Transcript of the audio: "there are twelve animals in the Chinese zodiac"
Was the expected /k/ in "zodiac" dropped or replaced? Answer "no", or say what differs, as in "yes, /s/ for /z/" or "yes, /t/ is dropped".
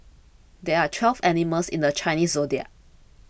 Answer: yes, /k/ is dropped